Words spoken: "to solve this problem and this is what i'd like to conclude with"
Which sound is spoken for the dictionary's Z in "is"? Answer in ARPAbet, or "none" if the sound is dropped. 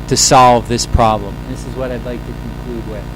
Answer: Z